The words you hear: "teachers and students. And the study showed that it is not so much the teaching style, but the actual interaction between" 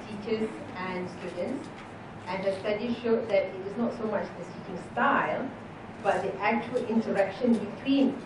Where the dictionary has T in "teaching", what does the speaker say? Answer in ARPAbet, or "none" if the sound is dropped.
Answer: S